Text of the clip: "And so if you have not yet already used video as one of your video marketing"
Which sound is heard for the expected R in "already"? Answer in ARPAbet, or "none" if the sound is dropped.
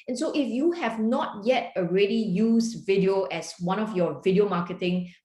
R